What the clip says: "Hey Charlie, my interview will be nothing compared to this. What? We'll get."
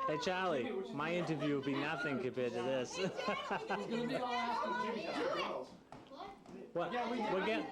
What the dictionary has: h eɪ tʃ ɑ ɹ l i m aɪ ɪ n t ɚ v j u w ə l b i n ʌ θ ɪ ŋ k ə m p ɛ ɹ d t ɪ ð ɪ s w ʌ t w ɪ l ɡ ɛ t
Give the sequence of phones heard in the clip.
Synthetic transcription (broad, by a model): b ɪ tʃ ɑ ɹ l i m aɪ ɪ n t ɚ v j u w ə b i n ʌ θ ɪ ŋ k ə p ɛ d t ɪ ð ɪ s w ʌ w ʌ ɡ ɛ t